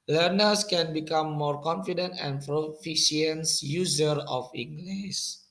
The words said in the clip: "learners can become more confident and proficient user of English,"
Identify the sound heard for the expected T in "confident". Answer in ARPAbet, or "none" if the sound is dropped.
T